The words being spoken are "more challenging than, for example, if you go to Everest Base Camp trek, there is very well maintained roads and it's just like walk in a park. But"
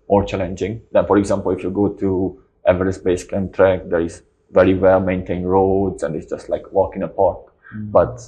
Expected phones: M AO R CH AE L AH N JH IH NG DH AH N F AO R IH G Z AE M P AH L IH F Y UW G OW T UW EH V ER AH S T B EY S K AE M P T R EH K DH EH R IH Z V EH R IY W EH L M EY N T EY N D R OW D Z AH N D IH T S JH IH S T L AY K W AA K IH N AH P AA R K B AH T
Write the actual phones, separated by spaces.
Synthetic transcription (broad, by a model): M AO R CH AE L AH N JH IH NG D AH N F AO R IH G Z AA M P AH L IH F Y UW G OW T UW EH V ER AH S B EY S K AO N T R EH K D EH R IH S V EH R IY W EH L M EY N T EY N R OW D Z AH N D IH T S JH IH S T L AY K W AA K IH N AH P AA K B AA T